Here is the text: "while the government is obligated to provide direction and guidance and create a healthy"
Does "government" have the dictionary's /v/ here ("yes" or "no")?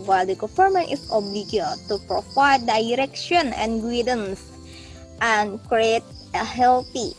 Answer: no